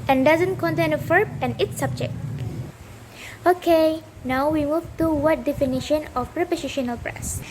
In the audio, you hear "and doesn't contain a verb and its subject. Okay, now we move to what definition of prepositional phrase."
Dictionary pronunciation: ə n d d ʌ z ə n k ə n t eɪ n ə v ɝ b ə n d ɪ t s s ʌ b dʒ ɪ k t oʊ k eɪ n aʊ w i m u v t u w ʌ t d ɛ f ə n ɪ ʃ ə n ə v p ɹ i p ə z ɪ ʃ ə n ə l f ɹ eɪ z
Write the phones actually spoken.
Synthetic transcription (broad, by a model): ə n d d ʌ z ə n k ə n t eɪ n ə f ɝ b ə n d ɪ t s s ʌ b dʒ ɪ k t oʊ k eɪ n aʊ w i m u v t u w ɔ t d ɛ f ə n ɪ ʃ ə n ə f p ɹ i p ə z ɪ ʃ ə n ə l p ɹ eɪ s